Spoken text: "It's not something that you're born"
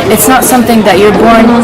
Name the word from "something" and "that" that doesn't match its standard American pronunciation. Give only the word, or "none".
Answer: none